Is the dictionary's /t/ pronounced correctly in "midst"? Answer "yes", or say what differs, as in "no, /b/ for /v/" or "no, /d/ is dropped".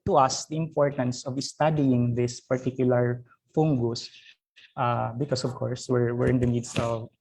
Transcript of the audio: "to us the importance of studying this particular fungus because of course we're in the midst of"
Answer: no, /t/ is dropped